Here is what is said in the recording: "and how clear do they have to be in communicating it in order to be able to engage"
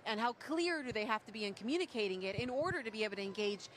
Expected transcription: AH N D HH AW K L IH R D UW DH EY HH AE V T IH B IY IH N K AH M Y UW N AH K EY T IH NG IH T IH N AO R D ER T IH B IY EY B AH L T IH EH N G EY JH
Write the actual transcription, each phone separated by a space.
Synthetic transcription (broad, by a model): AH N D HH AW K L IH R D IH DH EY HH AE F T IH B IY IH N K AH M Y UW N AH K EY T IH NG IH T IH N AO R D ER T IH B IY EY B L T IH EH N G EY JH